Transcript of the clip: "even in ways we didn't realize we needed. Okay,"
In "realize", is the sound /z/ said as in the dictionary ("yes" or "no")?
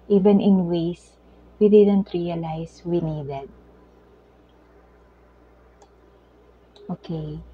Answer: no